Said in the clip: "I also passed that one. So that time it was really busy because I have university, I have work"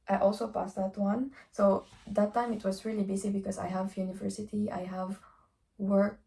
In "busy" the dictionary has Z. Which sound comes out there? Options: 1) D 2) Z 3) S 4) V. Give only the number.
3